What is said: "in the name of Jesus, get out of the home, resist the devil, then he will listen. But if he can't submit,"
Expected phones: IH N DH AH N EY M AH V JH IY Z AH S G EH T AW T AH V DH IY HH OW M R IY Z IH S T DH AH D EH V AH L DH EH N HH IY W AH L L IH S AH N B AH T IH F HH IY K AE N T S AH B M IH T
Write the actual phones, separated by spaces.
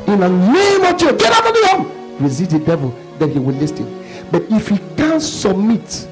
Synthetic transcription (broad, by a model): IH N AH N EY M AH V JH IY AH G EH T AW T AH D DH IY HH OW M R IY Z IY T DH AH D EH V AH L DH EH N HH IY W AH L L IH S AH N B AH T IH F HH IY K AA N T S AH B M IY T